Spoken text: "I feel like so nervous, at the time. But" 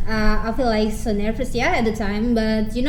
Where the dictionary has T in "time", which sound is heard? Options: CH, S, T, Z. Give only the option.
T